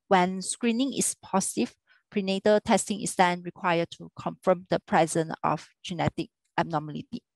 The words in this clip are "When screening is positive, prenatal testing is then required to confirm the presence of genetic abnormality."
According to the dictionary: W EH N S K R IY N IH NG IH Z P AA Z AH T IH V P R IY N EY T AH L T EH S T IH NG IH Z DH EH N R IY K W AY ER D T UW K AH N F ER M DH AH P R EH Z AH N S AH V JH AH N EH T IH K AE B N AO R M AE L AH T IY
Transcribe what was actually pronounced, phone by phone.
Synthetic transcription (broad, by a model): W EH N S K R IY N IH NG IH S P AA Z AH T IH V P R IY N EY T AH T EH S T IH NG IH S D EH N R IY K W AY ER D T UW K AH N F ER M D AH P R EH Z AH N AH F JH AH N EH T IH K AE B N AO M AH L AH T IY